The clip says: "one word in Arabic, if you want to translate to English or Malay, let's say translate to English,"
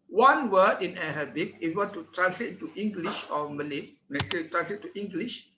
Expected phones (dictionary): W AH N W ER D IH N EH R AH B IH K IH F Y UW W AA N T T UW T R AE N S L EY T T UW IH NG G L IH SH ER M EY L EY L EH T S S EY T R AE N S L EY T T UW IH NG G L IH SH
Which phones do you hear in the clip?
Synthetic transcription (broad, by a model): W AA N W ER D IH N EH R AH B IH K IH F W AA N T T UW T R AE N S L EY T T UW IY NG G L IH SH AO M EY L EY N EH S S EY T R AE N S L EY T T UW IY NG G L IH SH